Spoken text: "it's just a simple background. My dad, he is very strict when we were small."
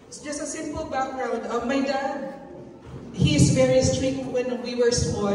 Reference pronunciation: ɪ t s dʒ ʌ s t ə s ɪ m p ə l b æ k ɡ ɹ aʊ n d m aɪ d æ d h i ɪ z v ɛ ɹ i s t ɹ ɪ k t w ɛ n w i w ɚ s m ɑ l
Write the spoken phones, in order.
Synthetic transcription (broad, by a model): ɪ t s dʒ ʌ s t ə s ɪ m p ə l b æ k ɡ ɹ aʊ n d m aɪ d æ d h i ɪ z v ɛ ɹ i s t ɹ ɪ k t w ɛ n w i w ɚ s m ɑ